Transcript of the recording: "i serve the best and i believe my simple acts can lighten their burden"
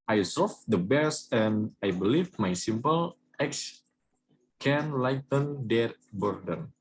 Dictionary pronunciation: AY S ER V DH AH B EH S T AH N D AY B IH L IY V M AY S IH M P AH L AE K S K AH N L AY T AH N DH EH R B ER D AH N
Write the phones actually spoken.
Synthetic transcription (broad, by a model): AY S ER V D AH B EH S AH N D AY B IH L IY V M AY S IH M P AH L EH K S K AH N L AY T AH N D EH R B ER D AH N